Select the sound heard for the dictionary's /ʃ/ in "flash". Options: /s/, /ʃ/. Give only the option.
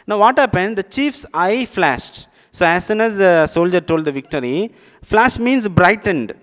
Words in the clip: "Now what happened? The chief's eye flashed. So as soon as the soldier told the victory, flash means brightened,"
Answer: /ʃ/